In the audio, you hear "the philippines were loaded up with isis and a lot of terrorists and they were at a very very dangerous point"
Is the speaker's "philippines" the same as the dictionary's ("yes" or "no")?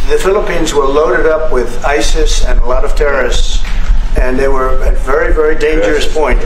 yes